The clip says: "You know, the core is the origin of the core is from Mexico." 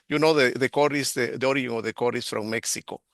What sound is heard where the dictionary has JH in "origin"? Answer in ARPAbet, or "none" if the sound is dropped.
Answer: none